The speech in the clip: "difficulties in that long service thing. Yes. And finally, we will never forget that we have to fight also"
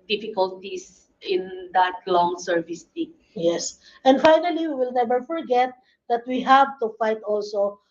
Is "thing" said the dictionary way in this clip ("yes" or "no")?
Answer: no